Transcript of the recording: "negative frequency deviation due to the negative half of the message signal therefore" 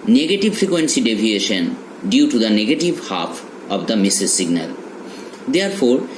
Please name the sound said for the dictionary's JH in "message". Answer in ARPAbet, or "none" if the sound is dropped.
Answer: Z